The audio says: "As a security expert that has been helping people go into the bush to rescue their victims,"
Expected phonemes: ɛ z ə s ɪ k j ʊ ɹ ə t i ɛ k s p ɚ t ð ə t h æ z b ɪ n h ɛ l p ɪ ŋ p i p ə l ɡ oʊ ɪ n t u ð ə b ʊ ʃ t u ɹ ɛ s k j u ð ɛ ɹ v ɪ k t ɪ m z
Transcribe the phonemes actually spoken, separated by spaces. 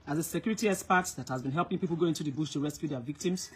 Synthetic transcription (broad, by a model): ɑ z ə s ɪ k j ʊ ɹ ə t i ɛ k s p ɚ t ð ə t h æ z b ɪ n h ɛ l p ɪ ŋ p i p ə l ɡ oʊ ɪ n t u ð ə b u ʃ t u ɹ ɛ s k j u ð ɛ v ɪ k t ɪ m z